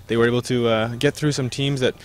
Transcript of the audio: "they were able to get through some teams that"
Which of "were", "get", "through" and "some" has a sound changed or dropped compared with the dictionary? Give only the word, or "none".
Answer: none